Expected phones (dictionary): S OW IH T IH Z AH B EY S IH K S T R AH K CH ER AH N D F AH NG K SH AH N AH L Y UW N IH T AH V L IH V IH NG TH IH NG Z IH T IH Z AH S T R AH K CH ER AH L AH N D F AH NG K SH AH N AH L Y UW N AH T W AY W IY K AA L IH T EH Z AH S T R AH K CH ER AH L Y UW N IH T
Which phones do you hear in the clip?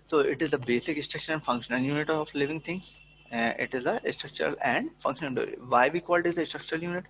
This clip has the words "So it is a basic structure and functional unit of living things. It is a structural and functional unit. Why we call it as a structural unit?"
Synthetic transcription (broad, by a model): S OW IH T IH Z AH B EY S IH K S T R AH K SH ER AH N D F AH NG K SH AH N AH L Y UW N IH T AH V L IH V IH NG T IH NG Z IH T IH Z AH S T R AH K CH ER AH L AH N D F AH NG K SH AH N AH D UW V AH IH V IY K AA L IH T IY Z AH S T R AH K CH ER AH L Y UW N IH T